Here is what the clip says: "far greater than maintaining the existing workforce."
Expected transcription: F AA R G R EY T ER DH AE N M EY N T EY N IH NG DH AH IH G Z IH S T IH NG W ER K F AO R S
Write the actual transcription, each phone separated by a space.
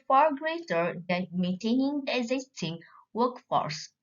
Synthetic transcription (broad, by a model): F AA R G R EY T ER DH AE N M EY N T EY N IH NG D IH G Z IH S T IH NG W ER K F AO R S